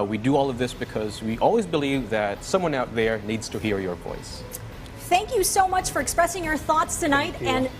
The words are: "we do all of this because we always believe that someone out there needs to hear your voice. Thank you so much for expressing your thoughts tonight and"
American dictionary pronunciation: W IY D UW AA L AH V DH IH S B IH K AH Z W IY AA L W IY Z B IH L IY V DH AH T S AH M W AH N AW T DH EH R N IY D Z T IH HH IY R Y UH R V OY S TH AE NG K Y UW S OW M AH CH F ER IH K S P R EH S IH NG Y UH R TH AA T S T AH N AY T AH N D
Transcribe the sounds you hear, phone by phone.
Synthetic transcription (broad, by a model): W IY D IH AA L AH V DH IH S B IH K AH Z W IY AA L W IY Z B IH L IY V DH AH T S AH M W AH N AW T DH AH R N IY D Z T IH HH IY R Y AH R V OY S TH AE NG K Y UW S OW M AH CH F ER IH K S P R EH S IH NG Y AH R TH AA T S T AH N AY T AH N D